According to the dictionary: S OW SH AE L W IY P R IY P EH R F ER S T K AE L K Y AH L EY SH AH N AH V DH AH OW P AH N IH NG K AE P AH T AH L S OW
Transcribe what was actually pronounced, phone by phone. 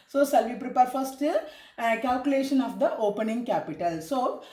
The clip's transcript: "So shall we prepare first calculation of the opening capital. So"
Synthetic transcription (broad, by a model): S OW S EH L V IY P R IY P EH R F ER S T K AE L K Y AH L EY SH AH N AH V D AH OW P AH N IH NG K AE P AH T AH L S OW